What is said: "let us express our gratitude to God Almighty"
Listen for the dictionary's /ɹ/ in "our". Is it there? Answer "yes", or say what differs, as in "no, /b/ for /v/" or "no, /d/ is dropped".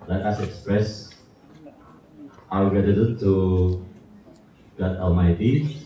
no, /w/ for /ɹ/